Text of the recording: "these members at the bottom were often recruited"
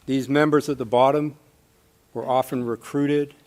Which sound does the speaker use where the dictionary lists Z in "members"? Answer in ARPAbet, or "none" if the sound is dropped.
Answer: Z